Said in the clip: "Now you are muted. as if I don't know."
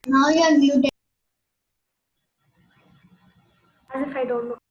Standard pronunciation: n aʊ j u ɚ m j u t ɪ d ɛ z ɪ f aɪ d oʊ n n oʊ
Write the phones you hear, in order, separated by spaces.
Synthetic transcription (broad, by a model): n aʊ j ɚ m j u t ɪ ɛ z ɪ f aɪ d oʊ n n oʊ